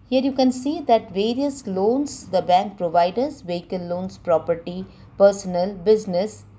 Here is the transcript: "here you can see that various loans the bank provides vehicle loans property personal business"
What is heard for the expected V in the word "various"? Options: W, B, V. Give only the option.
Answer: V